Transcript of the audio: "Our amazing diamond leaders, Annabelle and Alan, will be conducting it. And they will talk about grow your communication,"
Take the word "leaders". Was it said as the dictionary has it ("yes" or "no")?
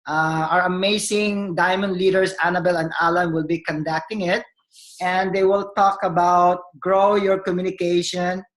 no